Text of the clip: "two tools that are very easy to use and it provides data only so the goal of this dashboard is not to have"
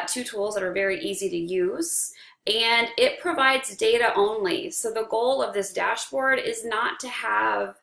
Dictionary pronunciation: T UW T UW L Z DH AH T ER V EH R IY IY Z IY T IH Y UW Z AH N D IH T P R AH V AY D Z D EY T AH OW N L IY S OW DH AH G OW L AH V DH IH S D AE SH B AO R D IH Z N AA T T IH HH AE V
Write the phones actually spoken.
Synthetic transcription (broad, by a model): T UW T UW L Z DH AH T ER V EH R IY IY Z IY T IH Y UW Z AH N IH T P R AH V AY D Z D EY T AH OW N L IY S OW DH AH G OW L AH V DH IH S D AE SH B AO R D IH Z N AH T T IH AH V